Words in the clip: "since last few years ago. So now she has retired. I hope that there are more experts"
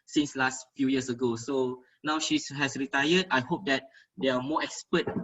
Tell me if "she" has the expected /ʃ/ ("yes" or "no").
yes